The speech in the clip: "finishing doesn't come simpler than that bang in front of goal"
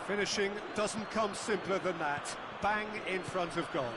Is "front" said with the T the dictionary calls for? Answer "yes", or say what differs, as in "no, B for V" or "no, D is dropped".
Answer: yes